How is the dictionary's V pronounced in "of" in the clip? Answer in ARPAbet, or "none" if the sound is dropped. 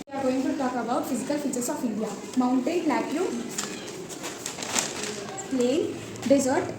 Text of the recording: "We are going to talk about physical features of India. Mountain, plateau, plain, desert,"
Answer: P